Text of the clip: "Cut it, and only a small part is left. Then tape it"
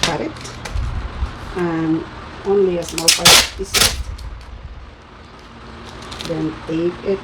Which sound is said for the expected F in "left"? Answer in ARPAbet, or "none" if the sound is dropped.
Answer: none